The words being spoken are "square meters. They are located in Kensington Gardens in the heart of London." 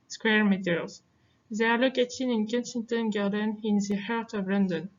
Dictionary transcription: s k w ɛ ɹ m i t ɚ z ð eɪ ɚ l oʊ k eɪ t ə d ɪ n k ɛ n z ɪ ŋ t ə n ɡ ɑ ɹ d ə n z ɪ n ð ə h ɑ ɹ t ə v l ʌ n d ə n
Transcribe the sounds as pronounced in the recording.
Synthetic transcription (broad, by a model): s k w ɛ ɹ m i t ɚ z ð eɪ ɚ l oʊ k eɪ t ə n ɪ n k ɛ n s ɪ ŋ t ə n ɡ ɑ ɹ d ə n ɪ n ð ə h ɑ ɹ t ə v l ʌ n d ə n